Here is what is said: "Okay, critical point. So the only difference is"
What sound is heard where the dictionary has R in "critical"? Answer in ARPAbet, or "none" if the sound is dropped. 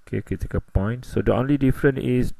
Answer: none